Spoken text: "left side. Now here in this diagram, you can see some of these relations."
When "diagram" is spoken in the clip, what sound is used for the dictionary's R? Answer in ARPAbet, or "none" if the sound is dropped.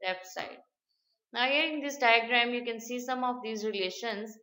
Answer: R